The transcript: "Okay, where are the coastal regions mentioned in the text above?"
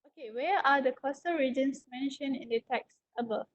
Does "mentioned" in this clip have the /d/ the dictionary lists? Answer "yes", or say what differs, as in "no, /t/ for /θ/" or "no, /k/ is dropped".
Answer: no, /d/ is dropped